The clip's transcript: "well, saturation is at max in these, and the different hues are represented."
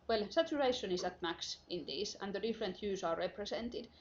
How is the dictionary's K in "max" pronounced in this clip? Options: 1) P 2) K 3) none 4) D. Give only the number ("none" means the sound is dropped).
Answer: 2